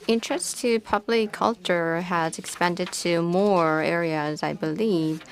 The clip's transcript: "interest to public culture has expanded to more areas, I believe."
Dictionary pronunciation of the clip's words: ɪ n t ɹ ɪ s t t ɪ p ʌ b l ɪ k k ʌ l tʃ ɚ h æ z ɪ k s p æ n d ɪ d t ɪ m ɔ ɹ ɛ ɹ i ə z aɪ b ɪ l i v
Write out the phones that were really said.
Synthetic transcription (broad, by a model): ɪ n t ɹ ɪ s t t ɪ p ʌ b l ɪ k k ʌ l tʃ ɚ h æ z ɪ k s p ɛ n d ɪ d t ɪ m ɔ ɹ ɛ ɹ i ə z aɪ b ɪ l i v